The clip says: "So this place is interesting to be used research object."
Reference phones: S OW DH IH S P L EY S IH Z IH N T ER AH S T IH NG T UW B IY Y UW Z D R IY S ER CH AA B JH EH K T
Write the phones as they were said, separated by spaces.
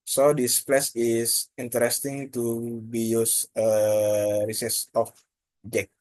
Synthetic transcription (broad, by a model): S OW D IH S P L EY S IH S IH N T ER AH S T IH NG T UW B IY Y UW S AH R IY S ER S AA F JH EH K